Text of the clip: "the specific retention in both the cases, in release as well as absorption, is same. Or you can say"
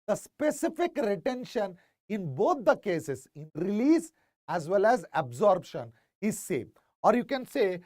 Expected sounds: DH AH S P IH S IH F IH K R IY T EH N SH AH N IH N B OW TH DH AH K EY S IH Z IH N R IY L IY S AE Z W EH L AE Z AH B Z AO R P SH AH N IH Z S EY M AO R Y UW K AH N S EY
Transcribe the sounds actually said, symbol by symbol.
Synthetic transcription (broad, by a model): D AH S P IH S IH F IH K R IY T EH N SH AH N IH N B OW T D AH K EY S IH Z IH N R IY L IY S AE Z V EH L AE Z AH B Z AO R B SH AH N IH Z S EY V AO R Y UW K AH N S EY